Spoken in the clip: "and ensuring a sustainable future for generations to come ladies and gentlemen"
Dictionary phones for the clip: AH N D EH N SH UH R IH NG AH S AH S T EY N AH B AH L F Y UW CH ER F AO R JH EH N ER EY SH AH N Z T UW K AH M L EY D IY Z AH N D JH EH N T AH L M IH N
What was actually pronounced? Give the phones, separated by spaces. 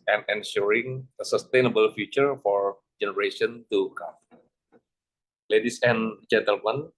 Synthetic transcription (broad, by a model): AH N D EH N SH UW R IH NG AH S AH S T EY N AH B AH L F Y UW CH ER F AO R JH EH N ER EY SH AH N T UW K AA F L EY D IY S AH N JH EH N T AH L M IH N